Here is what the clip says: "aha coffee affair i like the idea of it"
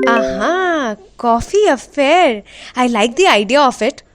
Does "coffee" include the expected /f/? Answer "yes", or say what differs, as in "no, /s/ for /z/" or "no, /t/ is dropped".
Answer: yes